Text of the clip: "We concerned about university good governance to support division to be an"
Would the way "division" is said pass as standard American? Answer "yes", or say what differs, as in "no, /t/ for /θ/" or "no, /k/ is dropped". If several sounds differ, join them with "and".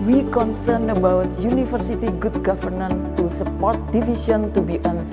no, /s/ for /ʒ/